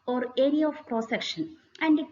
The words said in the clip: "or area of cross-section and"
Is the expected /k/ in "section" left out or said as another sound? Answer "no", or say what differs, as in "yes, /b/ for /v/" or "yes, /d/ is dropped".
no